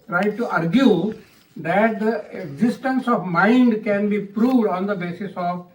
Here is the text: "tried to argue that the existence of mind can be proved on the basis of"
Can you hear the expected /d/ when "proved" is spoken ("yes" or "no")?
yes